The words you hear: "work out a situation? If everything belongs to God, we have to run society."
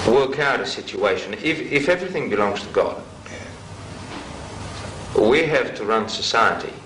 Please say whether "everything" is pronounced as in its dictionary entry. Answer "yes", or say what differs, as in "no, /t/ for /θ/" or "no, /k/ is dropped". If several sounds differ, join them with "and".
yes